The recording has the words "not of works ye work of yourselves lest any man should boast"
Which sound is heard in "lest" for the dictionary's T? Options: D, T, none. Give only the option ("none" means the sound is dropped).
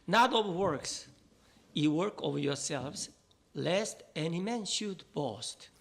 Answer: T